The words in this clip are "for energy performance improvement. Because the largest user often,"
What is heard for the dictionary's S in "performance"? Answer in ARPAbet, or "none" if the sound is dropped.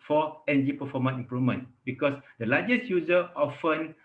none